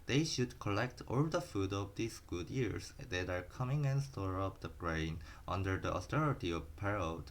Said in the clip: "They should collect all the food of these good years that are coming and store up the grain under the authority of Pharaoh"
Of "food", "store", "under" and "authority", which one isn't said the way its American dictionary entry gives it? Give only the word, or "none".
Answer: authority